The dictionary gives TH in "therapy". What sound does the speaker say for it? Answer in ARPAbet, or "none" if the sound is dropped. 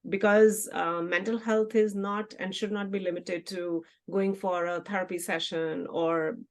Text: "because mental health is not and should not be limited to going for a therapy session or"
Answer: T